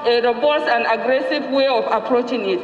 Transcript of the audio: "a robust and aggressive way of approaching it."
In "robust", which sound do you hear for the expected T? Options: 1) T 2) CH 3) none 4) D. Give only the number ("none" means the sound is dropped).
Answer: 3